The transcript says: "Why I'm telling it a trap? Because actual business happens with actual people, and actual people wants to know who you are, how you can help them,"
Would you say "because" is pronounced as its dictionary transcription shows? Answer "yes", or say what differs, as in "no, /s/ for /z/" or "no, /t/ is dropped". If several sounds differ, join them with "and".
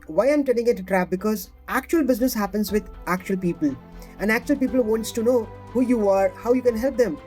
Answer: yes